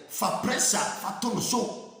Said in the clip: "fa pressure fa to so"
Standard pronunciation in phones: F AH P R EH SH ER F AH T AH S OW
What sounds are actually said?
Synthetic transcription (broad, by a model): F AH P R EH S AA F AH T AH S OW